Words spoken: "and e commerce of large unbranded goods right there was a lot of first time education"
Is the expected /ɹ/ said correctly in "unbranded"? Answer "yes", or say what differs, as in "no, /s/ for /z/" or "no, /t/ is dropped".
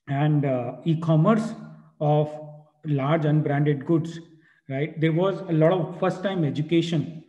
yes